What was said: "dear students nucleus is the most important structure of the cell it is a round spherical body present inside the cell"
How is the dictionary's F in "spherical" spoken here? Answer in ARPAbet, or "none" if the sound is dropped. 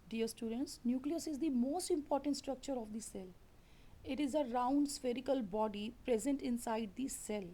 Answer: F